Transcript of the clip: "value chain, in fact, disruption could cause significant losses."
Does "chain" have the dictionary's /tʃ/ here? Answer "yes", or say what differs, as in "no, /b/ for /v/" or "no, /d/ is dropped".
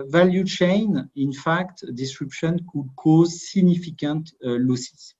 yes